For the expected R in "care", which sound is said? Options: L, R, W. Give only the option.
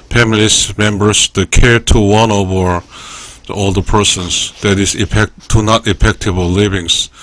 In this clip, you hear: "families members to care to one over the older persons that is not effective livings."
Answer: R